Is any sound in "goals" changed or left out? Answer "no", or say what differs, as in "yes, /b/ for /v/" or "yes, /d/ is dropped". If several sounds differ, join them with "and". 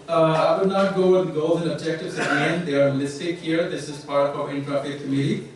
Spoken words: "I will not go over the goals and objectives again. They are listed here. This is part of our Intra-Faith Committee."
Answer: no